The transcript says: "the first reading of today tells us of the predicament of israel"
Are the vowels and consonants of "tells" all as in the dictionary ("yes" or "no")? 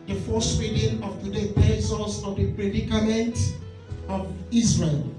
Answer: no